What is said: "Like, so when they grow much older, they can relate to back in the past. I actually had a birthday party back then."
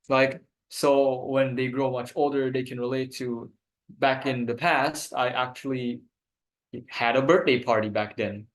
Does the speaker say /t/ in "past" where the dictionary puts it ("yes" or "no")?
yes